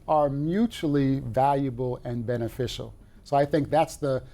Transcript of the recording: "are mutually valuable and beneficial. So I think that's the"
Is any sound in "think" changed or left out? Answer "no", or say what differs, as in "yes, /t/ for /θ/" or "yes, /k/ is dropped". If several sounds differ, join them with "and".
no